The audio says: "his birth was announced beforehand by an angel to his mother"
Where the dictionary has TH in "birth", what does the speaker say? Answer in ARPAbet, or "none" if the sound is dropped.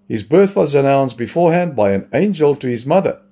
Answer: TH